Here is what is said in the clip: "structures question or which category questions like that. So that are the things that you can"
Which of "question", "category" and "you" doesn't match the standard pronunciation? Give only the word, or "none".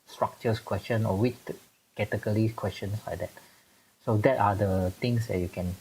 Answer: category